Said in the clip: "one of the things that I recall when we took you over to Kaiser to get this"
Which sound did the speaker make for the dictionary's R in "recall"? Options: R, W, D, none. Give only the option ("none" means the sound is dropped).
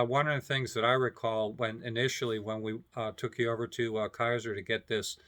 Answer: R